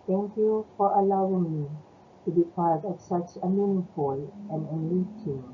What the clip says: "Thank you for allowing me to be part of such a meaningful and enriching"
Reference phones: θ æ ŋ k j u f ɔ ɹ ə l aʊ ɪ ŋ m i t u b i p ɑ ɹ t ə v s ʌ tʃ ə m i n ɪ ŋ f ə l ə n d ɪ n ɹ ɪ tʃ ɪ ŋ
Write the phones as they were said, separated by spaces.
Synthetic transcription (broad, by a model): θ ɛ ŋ k j u f ɔ ɹ ə l aʊ ɪ ŋ m i t u b i p ɑ ɹ t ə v s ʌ tʃ ə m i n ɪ f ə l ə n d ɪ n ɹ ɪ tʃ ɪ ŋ